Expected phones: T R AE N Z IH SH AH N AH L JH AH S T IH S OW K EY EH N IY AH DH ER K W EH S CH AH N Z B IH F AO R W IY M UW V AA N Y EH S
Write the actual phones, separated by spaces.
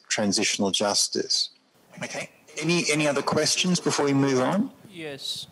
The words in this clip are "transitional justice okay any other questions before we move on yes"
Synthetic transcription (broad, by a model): T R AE N Z IH SH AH N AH L JH AH S T IH S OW K EY EH N IY AH DH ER K W EH S CH AH N Z B IH F AO R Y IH M UW V N Y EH S